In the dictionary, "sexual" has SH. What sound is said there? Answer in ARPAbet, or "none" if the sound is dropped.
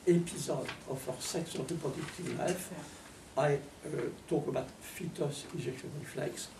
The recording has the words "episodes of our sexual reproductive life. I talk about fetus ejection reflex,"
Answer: S